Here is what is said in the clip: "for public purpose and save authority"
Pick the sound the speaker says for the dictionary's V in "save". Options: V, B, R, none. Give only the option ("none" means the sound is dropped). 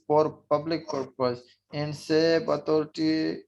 B